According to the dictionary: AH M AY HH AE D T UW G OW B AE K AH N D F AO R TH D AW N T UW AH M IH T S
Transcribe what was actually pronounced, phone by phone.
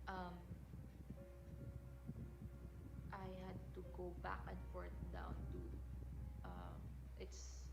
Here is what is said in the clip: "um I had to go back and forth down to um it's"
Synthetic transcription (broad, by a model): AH M AY HH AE D T UW G OW B AE K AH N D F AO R T D AW N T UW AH M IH T S